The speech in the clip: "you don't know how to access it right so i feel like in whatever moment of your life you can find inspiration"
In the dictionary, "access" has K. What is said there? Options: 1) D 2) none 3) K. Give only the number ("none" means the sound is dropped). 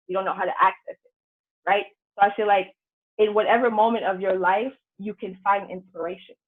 3